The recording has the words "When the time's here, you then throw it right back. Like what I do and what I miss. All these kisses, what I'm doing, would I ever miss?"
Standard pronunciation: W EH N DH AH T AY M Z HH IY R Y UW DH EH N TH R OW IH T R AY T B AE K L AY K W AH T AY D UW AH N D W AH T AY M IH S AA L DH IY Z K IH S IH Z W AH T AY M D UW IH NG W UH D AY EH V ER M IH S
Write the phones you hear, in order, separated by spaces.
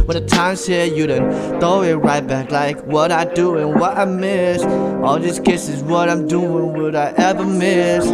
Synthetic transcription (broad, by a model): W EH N DH AH T AY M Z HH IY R Y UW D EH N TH OW IH T R AY T B AE K L AY K W AH T AY D UW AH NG W AH T AY M IH S AA L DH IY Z K IH S IH Z W AH T AY M D UW IH NG W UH D AY EH V ER M IH S